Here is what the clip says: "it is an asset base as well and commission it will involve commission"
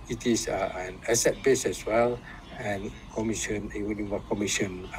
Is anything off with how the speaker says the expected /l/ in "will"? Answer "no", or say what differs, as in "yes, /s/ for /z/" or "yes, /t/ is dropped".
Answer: yes, /n/ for /l/